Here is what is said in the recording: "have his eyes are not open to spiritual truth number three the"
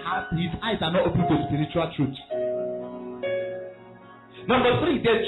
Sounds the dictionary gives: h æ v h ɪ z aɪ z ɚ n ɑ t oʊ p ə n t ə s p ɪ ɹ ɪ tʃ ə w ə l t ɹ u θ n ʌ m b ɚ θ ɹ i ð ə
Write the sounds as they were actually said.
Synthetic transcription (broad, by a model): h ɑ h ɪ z aɪ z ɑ n ɑ t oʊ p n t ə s p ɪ ɹ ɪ tʃ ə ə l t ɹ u t n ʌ m b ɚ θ ɹ i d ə